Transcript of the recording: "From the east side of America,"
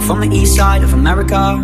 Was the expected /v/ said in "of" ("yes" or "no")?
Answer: yes